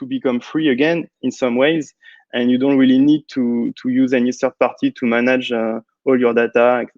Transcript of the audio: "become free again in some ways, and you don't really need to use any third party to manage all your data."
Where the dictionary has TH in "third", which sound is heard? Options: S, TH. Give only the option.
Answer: S